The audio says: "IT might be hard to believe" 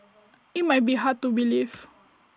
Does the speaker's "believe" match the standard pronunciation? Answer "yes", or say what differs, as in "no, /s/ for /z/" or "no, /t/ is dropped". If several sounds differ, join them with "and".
no, /f/ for /v/